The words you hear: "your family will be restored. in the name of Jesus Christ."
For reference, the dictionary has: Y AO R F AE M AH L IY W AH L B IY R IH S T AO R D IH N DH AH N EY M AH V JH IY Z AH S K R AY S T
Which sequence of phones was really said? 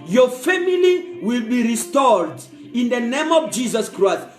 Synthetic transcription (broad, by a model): Y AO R F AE M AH L IY W AH L B IY R IH S T AO R D IH N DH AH N EY M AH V JH IY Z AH S K R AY S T